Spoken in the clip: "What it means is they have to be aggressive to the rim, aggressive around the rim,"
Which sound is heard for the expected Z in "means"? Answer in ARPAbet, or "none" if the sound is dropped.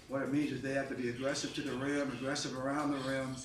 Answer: Z